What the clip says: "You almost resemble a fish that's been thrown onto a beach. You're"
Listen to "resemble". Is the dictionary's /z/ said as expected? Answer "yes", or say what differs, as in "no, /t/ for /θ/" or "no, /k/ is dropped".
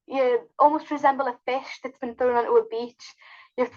yes